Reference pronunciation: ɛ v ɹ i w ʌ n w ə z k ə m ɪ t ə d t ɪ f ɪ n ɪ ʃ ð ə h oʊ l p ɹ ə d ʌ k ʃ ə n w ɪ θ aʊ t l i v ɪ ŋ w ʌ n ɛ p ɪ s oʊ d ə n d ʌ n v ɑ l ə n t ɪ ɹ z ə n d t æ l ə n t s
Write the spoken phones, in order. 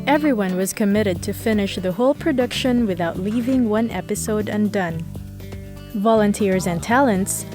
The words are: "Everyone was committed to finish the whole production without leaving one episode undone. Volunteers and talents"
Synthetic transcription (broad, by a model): ɛ v ɹ i w ʌ n w ə z k ə m ɪ t ə d t ɪ f ɪ n ɪ ʃ ð ə h oʊ l p ɹ ə d ʌ k ʃ ə n w ɪ θ aʊ t l i v ɪ ŋ w ʌ n ɛ p ɪ s oʊ d ə n d ʌ n v ɑ l ə n t ɪ ɹ z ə n t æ l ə n t s